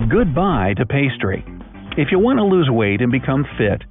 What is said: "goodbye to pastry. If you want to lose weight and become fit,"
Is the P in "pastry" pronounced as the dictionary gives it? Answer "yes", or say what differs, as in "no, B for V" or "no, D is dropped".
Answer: yes